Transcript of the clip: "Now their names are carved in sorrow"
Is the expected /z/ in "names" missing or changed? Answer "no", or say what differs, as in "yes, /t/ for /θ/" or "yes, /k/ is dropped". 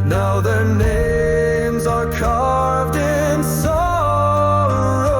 no